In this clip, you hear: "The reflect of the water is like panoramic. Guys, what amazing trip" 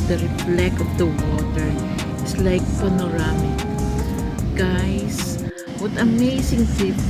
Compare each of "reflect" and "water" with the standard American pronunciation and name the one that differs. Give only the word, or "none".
reflect